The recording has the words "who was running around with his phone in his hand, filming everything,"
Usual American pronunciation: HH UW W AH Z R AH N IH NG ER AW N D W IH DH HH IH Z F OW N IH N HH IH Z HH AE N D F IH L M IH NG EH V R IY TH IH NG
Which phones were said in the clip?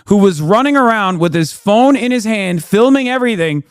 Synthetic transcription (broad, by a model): HH UW W AH Z R AH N IH NG ER AW N D W IH DH IH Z F OW N IH N IH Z HH AE N D F IH L M IH NG EH V R IY TH IH NG